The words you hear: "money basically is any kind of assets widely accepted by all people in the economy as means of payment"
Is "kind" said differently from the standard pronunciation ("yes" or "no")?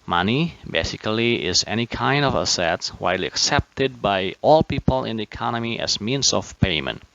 no